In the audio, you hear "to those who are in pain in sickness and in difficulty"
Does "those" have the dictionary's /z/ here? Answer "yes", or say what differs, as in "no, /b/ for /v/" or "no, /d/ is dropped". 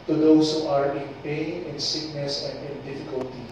no, /s/ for /z/